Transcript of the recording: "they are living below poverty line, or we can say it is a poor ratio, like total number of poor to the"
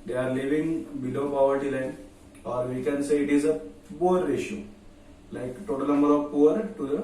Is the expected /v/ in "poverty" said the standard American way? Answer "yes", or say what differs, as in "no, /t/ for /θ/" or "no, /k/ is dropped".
yes